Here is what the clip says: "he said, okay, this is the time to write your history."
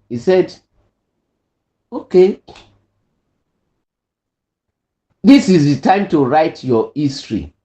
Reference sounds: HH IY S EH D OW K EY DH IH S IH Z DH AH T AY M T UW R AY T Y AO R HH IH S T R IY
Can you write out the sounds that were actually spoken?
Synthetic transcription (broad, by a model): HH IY S EH D OW K EY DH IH S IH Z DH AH T AY M T UW R AY T Y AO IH S T R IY